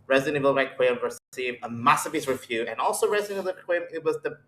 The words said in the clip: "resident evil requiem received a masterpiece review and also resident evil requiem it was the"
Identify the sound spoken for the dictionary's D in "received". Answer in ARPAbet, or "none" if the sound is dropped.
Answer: none